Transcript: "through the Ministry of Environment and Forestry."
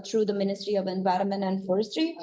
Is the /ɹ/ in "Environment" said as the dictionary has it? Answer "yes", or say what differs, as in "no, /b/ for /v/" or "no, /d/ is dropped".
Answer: yes